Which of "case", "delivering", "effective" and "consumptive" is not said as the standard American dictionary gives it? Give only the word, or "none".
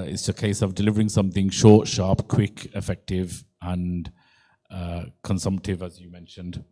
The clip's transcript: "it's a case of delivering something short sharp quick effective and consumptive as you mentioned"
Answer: none